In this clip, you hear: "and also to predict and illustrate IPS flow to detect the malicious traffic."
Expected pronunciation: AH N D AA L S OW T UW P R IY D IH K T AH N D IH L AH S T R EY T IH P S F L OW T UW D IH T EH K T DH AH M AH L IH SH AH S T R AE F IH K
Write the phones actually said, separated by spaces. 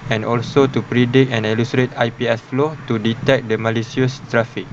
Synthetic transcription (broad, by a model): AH N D AA L S OW T UW P R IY D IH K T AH N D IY L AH S T R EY T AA P S F L OW T UW D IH T EH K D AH M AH L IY S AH S T R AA F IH K